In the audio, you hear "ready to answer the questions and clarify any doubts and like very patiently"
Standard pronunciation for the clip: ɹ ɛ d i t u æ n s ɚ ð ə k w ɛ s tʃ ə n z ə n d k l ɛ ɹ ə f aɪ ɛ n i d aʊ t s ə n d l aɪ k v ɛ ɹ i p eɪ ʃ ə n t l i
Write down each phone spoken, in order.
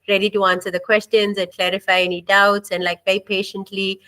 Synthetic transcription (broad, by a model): ɹ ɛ d i t u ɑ n s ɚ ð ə k w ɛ s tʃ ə n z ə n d k l ɛ ɹ ə f aɪ ɛ n i d aʊ t s ə n d l aɪ k b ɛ i p eɪ ʃ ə n t l i